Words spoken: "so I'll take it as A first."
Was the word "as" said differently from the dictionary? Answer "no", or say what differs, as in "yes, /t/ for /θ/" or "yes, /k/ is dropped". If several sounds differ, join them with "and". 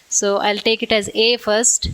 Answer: no